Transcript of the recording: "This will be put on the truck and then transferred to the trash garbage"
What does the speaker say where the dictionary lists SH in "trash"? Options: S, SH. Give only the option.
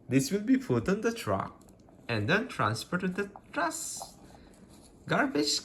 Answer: S